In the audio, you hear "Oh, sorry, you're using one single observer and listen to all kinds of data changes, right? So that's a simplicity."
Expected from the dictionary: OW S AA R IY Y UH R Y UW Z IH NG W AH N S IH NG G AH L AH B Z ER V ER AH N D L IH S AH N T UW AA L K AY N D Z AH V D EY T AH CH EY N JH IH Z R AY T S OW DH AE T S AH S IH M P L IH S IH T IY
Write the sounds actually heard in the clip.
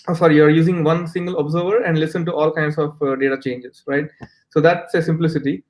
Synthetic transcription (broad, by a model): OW S AA R IY Y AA R Y UW Z IH NG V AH N S IH NG G AH L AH B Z ER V ER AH N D L IH S AH N T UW AA L K AY N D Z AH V D EY T AH CH EY N JH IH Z R AY T S OW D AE T S AH S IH M P L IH S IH T IY